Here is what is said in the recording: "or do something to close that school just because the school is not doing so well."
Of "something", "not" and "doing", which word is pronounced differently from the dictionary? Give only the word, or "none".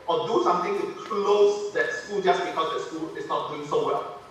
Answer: something